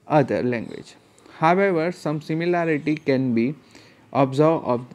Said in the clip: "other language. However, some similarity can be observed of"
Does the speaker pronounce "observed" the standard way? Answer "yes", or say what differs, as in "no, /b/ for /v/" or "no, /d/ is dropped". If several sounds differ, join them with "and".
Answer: no, /d/ is dropped